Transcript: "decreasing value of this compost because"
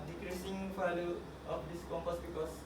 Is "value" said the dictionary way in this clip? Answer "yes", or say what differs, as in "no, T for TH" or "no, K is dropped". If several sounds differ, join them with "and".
no, P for V